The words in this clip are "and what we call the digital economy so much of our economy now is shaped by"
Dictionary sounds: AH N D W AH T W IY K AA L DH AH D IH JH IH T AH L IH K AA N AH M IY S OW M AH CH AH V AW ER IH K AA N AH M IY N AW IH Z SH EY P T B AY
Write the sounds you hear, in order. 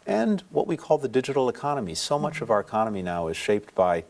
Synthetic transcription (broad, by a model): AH N W AH T W IY K AA L DH AH D IH JH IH T L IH K AA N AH M IY S OW M AH CH AH V AW ER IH K AA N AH M IY N AW IH Z SH EY P T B AY